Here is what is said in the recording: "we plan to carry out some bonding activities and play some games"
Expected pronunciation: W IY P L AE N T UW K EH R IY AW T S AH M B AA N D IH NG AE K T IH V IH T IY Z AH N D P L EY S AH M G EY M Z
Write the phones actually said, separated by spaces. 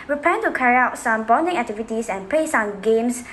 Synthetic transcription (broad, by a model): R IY P EH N T UW K EH R IY AW T S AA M B AA N D IH NG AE K T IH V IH T IY S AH N P L EY S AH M G EY M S